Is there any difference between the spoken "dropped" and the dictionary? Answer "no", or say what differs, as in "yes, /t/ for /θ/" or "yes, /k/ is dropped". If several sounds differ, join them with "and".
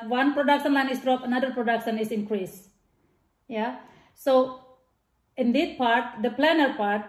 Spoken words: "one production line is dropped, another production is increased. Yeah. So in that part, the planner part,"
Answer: yes, /t/ is dropped